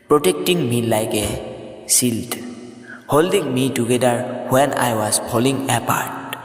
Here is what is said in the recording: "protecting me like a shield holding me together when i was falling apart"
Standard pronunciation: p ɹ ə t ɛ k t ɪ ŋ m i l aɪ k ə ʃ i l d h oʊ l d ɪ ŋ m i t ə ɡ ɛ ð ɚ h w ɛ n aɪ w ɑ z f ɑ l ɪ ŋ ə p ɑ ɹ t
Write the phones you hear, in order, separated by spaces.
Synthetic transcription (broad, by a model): p ɹ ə t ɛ k t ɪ ŋ m i l aɪ k ə s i l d h oʊ l d ɪ ŋ m i t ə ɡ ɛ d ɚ h w ɛ n aɪ w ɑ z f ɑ l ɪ ŋ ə p ɑ ɹ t